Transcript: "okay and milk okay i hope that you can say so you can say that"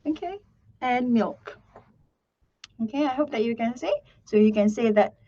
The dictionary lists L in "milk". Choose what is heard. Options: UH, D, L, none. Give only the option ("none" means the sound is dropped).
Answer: L